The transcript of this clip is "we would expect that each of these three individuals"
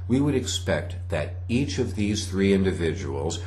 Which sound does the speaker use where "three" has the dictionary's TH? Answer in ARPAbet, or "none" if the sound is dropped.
TH